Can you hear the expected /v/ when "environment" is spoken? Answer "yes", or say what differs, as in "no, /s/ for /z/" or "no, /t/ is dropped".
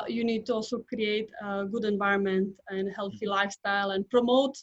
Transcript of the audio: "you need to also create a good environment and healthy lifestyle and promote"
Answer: yes